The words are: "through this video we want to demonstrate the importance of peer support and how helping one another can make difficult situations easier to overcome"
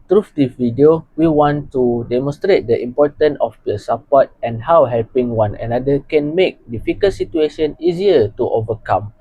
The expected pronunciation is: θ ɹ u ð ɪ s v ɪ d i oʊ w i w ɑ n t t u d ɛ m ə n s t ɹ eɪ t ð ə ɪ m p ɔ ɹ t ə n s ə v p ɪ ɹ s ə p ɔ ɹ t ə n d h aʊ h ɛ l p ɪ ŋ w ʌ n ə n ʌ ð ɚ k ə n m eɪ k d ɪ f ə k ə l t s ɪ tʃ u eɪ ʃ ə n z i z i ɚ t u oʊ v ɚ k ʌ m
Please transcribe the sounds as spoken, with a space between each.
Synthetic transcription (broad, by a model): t ɹ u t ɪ v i d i oʊ w i w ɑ n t t u d ɛ m ə n s t ɹ eɪ t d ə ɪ m p ɔ t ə n ə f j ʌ s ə p ɔ t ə n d h aʊ h ɛ l p ɪ ŋ w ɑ n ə n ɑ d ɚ k ə n m eɪ k d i f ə k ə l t s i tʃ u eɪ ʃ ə n i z i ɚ t u oʊ v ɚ k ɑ m